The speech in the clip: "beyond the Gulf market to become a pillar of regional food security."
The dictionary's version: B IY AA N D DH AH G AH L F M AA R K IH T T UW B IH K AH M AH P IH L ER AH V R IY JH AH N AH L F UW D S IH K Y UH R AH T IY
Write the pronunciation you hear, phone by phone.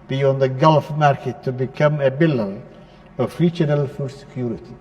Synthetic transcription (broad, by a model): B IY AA N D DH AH G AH L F M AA R K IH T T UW B IH K AH M AH B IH L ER AH V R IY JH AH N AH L F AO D S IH K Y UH R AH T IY